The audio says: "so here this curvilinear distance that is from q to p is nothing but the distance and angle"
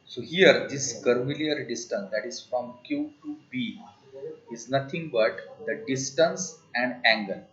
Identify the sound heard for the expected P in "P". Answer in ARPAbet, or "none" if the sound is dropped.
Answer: B